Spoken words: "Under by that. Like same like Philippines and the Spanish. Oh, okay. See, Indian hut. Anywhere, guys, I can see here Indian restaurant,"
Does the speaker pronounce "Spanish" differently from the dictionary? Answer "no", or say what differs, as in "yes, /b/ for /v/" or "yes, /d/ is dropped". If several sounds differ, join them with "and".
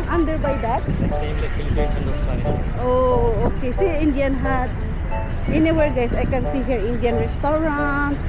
yes, /ʃ/ is dropped